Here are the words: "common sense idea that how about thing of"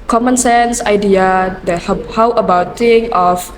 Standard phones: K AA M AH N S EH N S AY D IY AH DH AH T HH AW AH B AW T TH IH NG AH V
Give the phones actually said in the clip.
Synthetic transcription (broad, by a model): K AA M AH N S EH N S AY D IY AH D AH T HH AW AH B AW T T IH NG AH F